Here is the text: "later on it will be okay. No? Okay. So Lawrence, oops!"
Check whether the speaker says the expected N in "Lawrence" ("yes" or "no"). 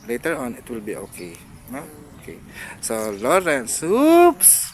yes